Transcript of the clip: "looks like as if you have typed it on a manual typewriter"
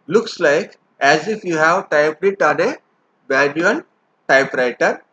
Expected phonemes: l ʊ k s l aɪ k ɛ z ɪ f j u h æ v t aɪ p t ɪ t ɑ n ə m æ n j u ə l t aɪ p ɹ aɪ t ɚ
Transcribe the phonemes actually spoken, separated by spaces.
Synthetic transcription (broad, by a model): l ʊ k s l aɪ k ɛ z ɪ f j u h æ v t aɪ p t ɪ t ɑ n ə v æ l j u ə n t aɪ p ɹ aɪ t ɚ